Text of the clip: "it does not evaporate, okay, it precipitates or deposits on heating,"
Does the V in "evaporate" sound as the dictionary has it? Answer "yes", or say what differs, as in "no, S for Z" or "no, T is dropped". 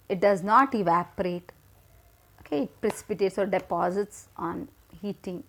yes